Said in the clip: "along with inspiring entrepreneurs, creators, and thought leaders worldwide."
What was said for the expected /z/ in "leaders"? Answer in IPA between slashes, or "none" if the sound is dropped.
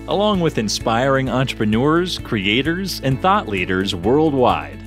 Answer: /z/